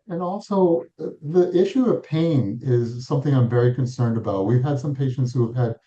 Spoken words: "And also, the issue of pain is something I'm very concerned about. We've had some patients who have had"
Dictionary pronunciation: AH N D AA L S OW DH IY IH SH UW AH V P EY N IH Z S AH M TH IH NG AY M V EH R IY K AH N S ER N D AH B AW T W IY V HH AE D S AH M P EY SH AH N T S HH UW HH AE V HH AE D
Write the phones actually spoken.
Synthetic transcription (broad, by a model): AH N AA L S OW DH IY IH SH UW AH V P EY N IH Z S AH M TH IH NG AY M V EH R IY K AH N S ER N D AH B AW T W IY V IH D S AH M P EY SH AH N T S HH UW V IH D